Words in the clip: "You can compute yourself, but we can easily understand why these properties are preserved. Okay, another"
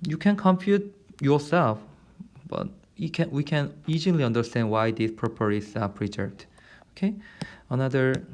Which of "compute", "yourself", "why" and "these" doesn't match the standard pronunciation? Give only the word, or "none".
these